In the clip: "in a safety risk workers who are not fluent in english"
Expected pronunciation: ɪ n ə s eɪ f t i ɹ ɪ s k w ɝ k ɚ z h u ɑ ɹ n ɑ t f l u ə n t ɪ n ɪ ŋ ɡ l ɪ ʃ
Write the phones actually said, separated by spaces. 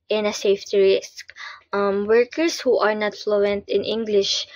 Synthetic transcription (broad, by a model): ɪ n ə s eɪ f t i ɹ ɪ s k w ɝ k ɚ s h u ɑ ɹ n ɑ t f l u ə n t ɪ n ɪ ŋ ɡ l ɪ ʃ